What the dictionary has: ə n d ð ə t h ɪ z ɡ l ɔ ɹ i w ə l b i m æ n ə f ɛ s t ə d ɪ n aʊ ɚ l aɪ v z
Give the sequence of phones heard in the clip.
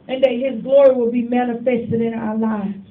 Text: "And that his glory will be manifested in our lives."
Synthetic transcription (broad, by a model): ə n ð ə t h ɪ z ɡ l ɔ ɹ i w ə l b i m æ n ə f ɛ s t ə d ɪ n aʊ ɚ l aɪ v